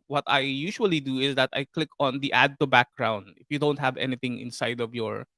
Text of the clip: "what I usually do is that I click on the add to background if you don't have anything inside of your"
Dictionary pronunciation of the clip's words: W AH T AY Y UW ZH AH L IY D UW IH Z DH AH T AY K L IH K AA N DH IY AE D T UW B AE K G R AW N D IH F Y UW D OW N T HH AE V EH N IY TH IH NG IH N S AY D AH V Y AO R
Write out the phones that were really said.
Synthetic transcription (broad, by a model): W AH T AY Y UW SH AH L IY D UW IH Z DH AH T AY K L IH K AA N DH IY AE D T UW B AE K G R AW N D IH F Y UW D OW N T HH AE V EH N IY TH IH NG IH N S AY D AH V Y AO R